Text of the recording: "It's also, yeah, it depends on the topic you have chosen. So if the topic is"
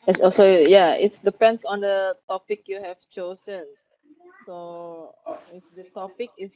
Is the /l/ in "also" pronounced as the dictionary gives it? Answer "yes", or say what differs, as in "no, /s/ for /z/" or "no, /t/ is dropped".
no, /l/ is dropped